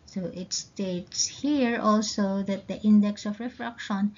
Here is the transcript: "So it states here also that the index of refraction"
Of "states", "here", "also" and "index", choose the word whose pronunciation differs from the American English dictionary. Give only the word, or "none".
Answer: none